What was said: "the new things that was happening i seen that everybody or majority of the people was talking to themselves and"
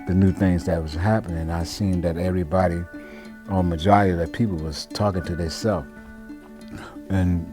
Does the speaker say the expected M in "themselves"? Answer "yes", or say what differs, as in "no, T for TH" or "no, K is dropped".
no, M is dropped